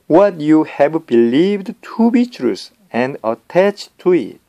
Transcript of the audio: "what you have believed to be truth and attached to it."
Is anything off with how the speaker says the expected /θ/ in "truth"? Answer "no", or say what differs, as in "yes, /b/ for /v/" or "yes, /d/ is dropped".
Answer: yes, /s/ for /θ/